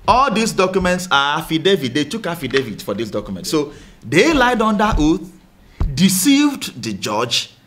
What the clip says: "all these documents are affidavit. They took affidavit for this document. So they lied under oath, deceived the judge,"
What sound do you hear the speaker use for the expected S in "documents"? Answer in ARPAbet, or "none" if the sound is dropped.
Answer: S